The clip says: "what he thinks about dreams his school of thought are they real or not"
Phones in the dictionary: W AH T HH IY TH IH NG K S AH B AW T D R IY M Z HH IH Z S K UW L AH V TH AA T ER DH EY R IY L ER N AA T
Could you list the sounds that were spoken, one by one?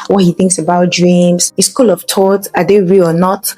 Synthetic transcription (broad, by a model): W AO T HH IY TH IH NG K S AH B AW T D R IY M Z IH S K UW L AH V T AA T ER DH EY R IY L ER N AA T